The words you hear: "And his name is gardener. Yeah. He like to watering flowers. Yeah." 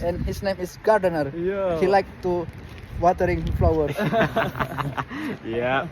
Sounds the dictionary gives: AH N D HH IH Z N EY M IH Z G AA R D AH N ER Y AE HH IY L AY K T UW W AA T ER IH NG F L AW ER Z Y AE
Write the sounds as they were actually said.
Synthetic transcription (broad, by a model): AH N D HH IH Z N EY M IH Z G AA R D AH N ER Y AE HH IY L AY K T UW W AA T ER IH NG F L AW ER Y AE